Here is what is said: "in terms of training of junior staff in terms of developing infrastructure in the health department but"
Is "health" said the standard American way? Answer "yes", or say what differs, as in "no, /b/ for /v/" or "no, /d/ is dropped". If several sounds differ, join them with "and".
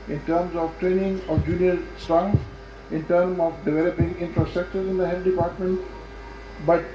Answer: no, /t/ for /θ/